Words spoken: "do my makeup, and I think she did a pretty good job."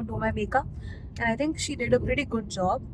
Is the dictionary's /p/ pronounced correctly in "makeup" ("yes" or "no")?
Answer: no